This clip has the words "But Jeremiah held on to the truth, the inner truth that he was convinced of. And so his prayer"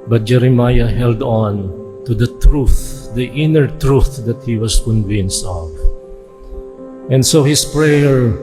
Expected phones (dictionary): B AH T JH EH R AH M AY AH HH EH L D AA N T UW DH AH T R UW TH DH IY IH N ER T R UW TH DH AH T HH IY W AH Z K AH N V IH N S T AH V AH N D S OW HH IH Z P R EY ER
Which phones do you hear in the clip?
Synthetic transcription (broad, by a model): B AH T JH EH R AH M AY AH HH EH L D AA N T UW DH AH T R UW TH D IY IH N ER T R UW TH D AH T HH IY W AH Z K AH N V IH N S T AH V AH N D S OW HH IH S P R EY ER